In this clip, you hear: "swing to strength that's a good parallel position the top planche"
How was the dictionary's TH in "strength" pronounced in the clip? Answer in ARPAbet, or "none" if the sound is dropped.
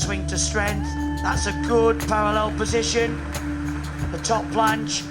TH